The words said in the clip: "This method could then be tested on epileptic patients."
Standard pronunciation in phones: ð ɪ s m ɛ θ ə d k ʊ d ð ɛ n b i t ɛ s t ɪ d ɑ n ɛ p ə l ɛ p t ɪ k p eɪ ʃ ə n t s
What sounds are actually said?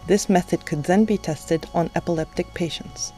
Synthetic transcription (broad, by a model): ð ɪ s m ɛ θ ə d k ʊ d ð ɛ n b i t ɛ s t ɪ d n ɛ p ə l ɛ p t ɪ k p eɪ ʃ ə n t s